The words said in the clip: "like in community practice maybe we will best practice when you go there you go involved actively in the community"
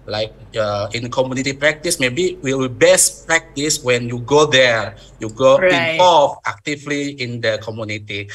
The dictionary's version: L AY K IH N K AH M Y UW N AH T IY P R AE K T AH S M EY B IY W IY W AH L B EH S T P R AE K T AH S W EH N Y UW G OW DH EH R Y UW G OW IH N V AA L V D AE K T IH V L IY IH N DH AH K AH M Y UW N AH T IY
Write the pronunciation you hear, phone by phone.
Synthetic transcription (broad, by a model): L AY K IH N K AH M Y UW N AH T IY P R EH K T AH S M EY B IY W IY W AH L B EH S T P R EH K T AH S W EH N Y UW G OW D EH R Y UW G OW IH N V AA L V AE K T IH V L IY IH N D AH K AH M Y UW N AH T IY